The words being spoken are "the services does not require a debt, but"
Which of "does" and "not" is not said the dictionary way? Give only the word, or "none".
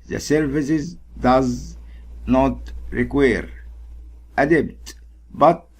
none